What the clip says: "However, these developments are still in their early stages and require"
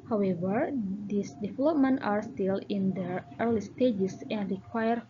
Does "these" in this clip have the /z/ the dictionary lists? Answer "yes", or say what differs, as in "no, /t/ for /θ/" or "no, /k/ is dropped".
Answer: no, /s/ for /z/